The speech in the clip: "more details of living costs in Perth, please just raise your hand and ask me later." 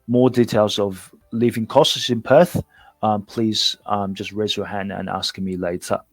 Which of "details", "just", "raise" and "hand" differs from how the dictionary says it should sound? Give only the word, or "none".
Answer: none